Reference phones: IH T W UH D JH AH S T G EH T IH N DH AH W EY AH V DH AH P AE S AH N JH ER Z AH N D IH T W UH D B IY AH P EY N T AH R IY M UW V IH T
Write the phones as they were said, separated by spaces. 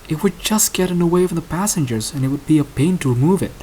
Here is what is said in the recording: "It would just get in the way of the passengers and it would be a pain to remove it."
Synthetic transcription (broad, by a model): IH T W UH D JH AH S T G EH T IH N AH W EY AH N DH AH P AE S AH N JH ER Z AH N IH T W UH D B IY AH P EY N T AH R IY M UW V IH T